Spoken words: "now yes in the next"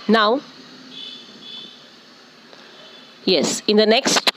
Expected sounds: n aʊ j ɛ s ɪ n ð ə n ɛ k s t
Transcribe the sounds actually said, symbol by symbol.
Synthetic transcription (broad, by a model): n aʊ j ɛ s ɪ n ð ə n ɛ k s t